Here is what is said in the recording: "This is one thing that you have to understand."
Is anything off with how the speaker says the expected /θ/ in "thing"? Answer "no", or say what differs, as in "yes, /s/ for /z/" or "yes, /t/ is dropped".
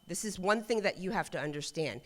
no